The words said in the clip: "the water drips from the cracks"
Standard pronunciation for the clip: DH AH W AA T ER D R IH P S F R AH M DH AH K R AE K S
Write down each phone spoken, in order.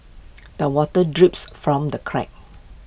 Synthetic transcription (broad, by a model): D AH W AA T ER D R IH P S F R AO M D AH K R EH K